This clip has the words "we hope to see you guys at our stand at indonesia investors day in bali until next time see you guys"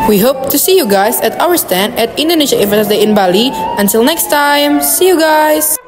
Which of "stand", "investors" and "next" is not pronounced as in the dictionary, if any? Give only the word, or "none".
investors